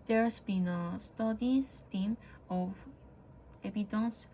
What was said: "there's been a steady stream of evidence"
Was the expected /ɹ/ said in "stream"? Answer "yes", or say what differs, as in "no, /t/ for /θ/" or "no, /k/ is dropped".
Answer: no, /ɹ/ is dropped